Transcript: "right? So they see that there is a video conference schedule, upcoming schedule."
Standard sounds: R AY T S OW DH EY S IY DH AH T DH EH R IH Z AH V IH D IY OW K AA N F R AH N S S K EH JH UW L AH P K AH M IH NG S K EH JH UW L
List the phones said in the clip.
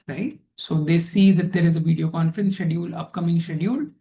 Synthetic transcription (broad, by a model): R AY T S OW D EY S IY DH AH T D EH R IH Z AH V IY D IY OW K AA N F R AH N S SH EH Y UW L AH P K AH M IH NG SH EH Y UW L